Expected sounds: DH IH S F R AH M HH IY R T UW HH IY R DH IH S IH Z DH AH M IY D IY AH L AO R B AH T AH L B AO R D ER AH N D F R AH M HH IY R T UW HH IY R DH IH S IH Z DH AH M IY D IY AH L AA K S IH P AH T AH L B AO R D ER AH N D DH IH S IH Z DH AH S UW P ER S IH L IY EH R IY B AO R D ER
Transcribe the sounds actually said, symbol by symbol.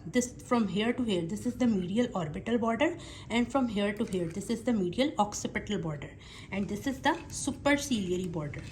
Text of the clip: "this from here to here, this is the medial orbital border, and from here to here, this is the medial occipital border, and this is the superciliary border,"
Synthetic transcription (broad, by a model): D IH S F R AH M HH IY R T UW HH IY R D IH S IH Z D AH M IY D IY AH L AO R B AH T AH L B AO R D ER AH N D F R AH M HH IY R T UW HH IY R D IH S IH Z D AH M IY D IY AH L AA K S IH P AH T AH L B AO R D ER AH N D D IH S IH Z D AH S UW P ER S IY L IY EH R IY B AO R D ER